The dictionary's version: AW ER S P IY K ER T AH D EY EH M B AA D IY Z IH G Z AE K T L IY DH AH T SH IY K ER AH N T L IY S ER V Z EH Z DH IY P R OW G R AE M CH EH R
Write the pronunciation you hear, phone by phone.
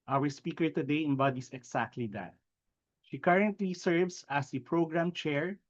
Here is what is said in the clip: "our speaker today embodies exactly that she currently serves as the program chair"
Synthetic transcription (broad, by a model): AW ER S P IY K ER T AH D EY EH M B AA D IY S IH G S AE K T L IY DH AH T SH IY K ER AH N T L IY S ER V S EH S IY P R OW G R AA M CH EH R